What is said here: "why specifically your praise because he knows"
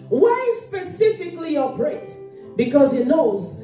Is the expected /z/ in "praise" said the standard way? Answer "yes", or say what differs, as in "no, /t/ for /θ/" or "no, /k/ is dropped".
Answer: no, /s/ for /z/